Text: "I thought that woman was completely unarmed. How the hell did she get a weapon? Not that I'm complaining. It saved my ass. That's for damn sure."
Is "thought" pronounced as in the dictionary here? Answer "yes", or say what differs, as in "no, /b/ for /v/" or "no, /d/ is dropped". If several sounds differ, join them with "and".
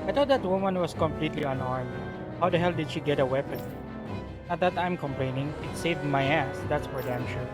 no, /t/ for /θ/